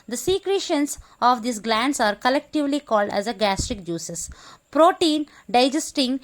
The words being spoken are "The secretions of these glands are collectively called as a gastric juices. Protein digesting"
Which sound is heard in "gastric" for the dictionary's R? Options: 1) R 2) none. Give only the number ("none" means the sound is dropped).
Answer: 1